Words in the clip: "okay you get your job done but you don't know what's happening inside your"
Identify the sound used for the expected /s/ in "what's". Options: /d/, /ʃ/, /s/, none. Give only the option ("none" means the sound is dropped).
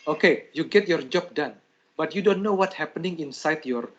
none